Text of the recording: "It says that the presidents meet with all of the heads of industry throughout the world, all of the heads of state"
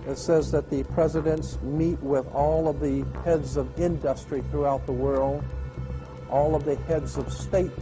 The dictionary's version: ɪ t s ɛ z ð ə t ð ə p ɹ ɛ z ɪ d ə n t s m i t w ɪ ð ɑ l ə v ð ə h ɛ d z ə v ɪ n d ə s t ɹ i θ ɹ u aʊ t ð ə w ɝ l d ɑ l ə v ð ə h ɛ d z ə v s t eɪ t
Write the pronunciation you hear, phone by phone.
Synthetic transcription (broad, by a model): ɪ t s ɛ z ð ə t ð ə p ɹ ɛ z ɪ d ə n t s m i t w ɪ ð ɑ l ə v ð ə h ɛ d z ə v ɪ n d ə s t ɹ i θ ɹ u aʊ t ð ə w ɝ l d ɑ l ə v ð ə h ɛ d z ə v s t eɪ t